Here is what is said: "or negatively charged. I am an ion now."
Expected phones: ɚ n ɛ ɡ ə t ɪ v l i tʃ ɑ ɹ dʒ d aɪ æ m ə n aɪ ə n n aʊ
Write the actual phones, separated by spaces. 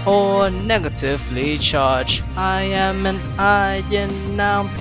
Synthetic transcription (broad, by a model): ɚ n ɛ ɡ ə t ɪ v l i tʃ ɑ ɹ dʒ aɪ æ m ə n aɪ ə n n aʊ